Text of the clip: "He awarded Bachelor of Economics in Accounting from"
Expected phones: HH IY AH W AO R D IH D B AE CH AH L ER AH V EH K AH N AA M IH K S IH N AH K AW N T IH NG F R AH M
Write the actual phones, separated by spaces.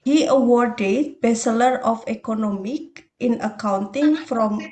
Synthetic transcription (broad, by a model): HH IY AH W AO R D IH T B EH S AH L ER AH F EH K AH N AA M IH K IH N AH K AW N T IH NG F R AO M